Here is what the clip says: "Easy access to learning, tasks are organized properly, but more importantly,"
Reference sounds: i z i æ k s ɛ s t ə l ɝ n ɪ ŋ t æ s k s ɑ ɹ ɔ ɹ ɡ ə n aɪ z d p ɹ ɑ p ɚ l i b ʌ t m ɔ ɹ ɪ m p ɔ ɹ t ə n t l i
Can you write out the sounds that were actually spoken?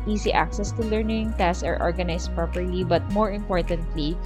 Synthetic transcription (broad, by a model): i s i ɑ k s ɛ s t ə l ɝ n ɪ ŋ t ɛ s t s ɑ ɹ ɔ ɹ ɡ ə n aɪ s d p ɹ ɑ p ɚ l i b ʌ t m ɔ ɹ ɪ m p ɔ ɹ t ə n t l i